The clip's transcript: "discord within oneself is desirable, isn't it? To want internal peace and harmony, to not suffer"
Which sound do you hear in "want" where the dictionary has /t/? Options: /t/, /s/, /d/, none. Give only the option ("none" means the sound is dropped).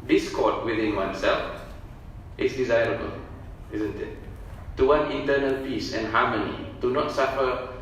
none